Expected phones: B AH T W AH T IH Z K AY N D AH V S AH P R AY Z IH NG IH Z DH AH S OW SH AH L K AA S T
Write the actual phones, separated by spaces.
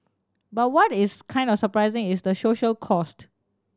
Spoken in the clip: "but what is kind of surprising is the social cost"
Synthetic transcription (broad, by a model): B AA T W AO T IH S K AY N D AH F S AH P R AY Z IH NG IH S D AH S OW SH AH L K AA S T